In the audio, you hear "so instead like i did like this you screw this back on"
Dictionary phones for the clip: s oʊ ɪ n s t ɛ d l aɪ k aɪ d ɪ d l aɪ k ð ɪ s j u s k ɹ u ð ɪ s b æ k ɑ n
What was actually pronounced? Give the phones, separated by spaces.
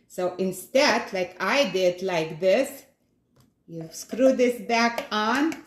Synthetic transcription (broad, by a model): s oʊ ɪ n s t ɛ d l aɪ k aɪ d ɪ d l aɪ k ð ɪ s j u s k ɹ u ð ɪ s b æ k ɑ n